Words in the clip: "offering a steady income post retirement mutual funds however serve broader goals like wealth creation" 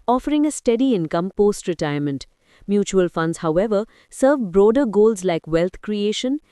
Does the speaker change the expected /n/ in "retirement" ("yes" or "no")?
no